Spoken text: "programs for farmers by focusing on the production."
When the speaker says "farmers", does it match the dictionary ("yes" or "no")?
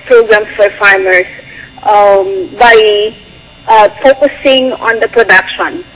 no